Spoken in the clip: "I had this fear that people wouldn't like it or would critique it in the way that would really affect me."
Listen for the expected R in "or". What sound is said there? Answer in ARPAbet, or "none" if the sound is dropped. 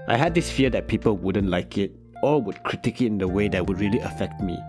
L